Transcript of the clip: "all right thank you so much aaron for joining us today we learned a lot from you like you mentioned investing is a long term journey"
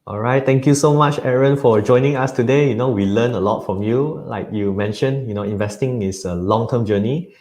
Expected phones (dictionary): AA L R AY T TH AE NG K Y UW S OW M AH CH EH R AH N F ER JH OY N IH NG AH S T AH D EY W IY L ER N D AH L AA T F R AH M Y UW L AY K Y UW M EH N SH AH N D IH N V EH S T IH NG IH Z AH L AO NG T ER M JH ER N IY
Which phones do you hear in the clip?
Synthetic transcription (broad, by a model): AA L R AY T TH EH NG K Y UW S OW M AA CH EH R AH N F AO JH OY N IH NG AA S T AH D EY W IY L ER N AH L AA T F R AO M Y UW L AY K Y UW M EH N SH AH N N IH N V EH S T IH NG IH S AH L AO NG T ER M JH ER N IY